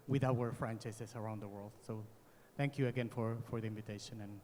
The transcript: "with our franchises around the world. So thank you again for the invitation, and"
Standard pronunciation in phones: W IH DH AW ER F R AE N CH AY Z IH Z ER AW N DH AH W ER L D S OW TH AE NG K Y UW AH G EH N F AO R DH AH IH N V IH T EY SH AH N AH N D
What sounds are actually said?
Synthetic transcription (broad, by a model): W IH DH AW ER F R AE N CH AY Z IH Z ER AW N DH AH W ER L D S OW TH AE NG K Y UW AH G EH N F AO R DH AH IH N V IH T EY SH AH N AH N